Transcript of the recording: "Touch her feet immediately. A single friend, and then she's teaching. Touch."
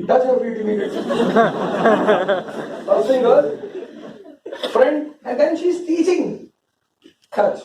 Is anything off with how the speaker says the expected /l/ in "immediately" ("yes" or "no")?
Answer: yes